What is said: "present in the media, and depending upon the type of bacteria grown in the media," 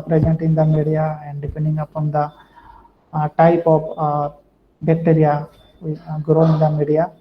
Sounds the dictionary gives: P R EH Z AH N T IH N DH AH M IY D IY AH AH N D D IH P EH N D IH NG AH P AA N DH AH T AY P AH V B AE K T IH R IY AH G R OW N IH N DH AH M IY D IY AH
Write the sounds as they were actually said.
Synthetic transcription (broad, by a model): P R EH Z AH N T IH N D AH M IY D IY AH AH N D D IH P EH N D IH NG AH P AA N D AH T AY P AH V B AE K T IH R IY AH G R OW IH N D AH M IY D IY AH